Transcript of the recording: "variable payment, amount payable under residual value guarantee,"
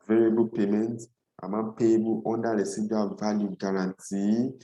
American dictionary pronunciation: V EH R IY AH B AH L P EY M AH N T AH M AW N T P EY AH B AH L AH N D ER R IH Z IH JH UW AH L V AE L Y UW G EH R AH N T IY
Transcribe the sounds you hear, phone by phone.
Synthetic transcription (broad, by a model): V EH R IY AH B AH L P EY M AH N T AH M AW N P EY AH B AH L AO N D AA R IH S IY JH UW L V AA L Y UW G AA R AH N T IY